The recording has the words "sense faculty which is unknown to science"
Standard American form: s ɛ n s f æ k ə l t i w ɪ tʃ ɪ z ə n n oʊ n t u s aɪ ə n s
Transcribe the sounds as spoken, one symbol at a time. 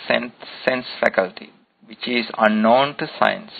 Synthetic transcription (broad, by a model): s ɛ n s f æ k ə l t i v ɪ tʃ ɪ z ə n n oʊ n t u s aɪ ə n s